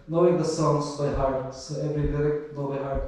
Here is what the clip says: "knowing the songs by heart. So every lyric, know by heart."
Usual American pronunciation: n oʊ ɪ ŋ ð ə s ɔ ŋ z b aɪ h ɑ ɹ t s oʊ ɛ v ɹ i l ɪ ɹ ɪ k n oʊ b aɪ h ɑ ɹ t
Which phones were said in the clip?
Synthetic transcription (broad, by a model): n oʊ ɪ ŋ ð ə s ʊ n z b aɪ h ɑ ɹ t s oʊ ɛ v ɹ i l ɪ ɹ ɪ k l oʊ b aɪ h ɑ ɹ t